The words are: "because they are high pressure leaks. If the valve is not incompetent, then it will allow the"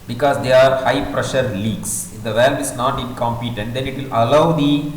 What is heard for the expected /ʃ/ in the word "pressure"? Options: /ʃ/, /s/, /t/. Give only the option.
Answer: /ʃ/